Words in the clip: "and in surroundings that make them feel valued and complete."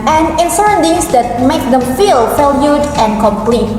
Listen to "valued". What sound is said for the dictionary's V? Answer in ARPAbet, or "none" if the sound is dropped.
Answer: F